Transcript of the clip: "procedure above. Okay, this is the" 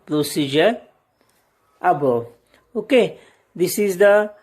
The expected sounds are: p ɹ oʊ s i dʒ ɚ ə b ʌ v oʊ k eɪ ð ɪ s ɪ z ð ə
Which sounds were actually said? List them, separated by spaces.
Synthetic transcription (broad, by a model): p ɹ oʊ s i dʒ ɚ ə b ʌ oʊ k eɪ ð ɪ s ɪ z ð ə